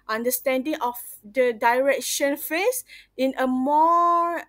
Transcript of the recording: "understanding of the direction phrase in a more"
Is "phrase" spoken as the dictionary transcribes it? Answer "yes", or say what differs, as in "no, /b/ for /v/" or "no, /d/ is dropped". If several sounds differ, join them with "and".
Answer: no, /ɹ/ is dropped and /s/ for /z/